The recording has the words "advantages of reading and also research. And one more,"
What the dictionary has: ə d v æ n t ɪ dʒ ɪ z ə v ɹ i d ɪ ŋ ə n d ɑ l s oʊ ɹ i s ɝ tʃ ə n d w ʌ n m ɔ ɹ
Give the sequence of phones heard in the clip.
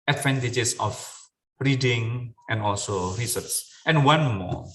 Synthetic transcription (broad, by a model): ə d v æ n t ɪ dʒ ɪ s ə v ɹ i d ɪ ŋ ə n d ɑ l s oʊ ɹ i s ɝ s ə n w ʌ n m ɔ